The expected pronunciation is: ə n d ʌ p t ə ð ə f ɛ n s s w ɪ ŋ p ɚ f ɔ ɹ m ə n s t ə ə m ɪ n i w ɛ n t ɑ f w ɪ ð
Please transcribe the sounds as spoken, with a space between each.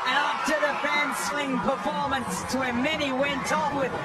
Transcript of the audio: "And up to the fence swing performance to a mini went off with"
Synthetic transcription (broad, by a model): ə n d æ f t ə ð ə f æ n s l ɪ ŋ p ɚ f ɔ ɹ m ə n s t ə ə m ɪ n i w ɛ n t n w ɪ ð